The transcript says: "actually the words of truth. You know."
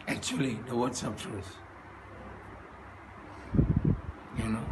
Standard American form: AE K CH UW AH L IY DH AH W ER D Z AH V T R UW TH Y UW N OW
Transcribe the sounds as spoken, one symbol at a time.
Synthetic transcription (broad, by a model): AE K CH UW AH L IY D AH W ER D S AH P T UW S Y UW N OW